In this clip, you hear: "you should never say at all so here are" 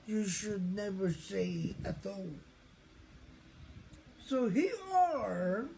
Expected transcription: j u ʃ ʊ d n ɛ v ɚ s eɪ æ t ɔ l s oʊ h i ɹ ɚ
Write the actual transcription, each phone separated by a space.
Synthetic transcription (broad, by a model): j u ʃ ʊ d n ɛ v ɚ s eɪ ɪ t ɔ s oʊ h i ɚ